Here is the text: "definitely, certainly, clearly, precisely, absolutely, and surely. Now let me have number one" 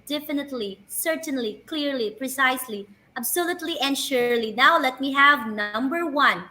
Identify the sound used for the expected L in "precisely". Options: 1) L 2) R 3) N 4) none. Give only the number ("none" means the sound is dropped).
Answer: 1